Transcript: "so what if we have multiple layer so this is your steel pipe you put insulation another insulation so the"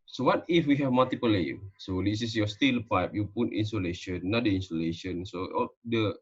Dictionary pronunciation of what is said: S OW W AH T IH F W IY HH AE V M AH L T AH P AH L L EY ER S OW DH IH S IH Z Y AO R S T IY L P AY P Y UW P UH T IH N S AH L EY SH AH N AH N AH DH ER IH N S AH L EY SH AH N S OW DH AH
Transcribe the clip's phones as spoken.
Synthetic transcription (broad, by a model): S OW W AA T IH F W IY HH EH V M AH L T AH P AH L L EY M S OW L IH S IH S Y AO S T IY L P AY P Y UW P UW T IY N S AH L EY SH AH N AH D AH IY N S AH L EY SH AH N S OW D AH